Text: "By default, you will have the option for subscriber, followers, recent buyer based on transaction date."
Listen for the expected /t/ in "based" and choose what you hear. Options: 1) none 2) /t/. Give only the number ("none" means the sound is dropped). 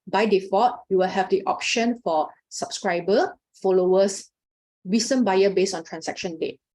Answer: 1